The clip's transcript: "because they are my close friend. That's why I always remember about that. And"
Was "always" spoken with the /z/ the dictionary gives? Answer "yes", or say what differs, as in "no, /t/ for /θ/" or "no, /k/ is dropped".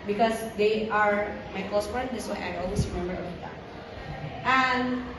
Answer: no, /s/ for /z/